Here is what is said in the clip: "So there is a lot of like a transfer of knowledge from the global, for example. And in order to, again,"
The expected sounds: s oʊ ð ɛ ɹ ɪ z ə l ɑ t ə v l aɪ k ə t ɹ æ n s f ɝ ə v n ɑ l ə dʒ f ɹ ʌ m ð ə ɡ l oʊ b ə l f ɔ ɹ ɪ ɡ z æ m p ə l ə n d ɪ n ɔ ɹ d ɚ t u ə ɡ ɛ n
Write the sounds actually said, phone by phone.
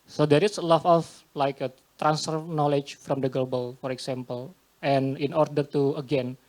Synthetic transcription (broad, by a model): s oʊ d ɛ ɹ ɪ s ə l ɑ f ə f l aɪ k ə t ɹ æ n s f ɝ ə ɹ n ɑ l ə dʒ f ɹ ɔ m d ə ɡ l oʊ b ə l f ɔ ɹ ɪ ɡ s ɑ m p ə l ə n ɪ n ɔ ɹ d ɚ t u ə ɡ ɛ n